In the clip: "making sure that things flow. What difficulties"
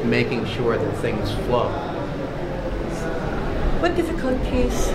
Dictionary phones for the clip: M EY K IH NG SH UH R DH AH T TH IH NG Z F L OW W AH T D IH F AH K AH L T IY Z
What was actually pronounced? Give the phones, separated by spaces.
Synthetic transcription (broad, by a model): M EY K IH NG SH UH R DH AH T TH IH NG Z F L OW W AH T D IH F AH K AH L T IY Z